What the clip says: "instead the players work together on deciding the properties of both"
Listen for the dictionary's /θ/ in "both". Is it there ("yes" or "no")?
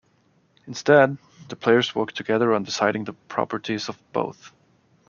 yes